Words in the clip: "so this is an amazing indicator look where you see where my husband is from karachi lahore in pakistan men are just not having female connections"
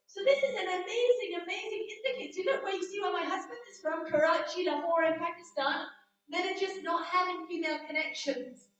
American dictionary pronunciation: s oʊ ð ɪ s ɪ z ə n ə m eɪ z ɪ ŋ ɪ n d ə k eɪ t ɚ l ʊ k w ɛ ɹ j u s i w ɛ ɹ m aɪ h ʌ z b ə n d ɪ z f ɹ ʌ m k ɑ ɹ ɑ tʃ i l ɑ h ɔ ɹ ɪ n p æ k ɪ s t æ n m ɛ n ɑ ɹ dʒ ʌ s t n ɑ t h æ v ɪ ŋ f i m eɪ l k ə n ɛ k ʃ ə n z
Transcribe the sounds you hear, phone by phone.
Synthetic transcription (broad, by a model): s oʊ ð ɪ s ɪ z ə n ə m eɪ z ɪ ŋ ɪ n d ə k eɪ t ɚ n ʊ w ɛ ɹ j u s i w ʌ m aɪ h ʌ z b ə n d ɪ z f ɹ ʌ m k ɑ ɹ ɑ tʃ i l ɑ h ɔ ɹ ɪ n p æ k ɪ s t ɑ n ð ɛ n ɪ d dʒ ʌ s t n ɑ t h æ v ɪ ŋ f i m eɪ l k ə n ɛ k ʃ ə n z